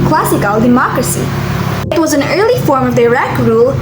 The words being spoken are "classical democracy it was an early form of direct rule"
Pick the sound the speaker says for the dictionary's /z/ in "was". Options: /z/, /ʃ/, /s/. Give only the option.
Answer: /z/